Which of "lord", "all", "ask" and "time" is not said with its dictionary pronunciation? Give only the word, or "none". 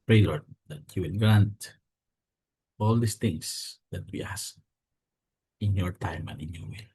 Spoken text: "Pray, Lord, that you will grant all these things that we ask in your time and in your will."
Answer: ask